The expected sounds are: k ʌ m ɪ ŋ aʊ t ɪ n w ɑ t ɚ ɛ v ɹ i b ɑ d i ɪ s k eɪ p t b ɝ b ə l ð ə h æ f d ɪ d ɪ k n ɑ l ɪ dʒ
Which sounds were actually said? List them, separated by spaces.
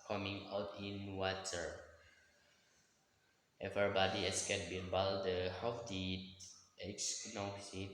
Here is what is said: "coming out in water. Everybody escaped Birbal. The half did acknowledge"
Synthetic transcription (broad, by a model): k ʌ m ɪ ŋ aʊ t ɪ n w ɑ t ɚ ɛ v i b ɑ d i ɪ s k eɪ t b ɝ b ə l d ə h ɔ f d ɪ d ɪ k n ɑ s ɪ